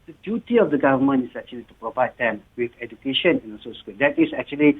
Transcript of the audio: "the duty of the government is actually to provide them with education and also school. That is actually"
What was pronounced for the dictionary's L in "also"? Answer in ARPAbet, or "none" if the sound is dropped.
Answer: N